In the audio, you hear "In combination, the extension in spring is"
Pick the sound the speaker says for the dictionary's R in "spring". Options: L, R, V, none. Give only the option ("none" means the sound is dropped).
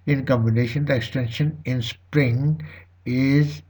R